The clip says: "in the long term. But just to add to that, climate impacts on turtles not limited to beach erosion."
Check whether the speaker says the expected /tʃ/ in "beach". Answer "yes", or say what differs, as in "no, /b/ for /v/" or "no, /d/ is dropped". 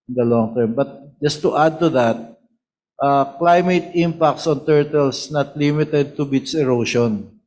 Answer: no, /s/ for /tʃ/